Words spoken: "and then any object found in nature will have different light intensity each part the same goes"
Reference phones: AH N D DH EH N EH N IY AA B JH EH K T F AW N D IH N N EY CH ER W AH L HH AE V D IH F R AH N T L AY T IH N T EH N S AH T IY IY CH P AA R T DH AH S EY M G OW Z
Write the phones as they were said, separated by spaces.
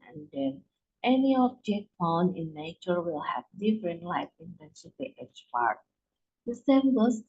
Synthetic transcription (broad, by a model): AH N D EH N EH N IY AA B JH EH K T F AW N IH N N EY CH ER W AH L HH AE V D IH F R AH N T L AY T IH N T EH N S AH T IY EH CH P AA R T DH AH S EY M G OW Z